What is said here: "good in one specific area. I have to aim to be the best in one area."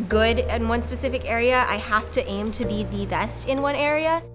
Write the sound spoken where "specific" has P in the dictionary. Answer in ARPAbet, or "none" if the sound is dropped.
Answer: P